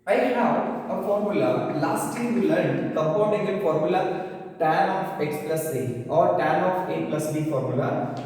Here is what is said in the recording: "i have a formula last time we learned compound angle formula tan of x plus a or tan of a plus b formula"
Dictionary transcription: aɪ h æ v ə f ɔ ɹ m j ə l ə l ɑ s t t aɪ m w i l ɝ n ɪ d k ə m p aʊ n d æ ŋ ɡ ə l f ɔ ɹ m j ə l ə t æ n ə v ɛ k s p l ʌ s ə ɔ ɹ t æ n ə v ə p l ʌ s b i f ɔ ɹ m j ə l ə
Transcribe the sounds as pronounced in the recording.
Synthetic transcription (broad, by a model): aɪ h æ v ə f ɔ ɹ m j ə l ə l ɑ s t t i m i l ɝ ɪ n k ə m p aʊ n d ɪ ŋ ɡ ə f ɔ ɹ m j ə l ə t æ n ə f ɛ k s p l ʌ s ə ɔ ɹ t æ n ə f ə p l ʌ s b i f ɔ ɹ m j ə l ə